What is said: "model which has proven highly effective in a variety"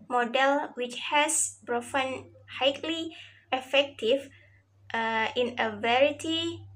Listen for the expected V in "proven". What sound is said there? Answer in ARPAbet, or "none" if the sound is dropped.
F